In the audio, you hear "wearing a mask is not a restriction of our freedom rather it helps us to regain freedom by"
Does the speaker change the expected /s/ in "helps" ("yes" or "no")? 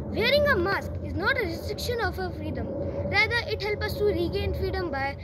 yes